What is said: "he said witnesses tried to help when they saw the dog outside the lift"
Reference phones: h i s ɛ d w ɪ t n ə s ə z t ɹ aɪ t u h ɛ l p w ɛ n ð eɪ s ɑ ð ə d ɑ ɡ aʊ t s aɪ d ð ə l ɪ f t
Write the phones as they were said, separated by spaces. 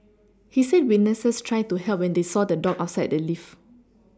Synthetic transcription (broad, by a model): h i s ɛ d w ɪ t n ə s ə s t ɹ aɪ t u h ɛ l p w ɛ n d eɪ s ɑ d ə d ɑ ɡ aʊ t s aɪ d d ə l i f